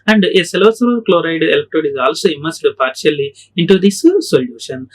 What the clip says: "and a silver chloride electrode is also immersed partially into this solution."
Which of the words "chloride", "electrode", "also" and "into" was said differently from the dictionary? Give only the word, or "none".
electrode